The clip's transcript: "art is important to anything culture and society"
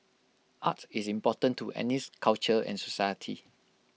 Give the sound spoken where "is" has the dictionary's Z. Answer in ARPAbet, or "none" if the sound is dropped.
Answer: S